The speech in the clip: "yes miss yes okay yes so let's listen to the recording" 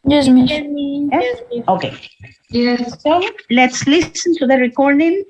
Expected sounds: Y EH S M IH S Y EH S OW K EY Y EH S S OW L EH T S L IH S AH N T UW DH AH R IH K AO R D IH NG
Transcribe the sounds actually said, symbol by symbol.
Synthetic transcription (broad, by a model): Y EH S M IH Y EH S OW K EY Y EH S S OW L EH T S L IH S AH N T UW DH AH R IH K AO R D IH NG